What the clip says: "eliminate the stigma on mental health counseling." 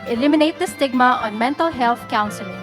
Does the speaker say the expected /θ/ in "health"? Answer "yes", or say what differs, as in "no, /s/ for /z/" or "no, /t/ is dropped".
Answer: no, /t/ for /θ/